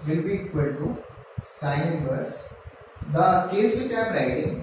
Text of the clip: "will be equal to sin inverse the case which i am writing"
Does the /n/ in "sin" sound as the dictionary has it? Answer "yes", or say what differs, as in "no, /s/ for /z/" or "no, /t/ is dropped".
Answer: no, /n/ is dropped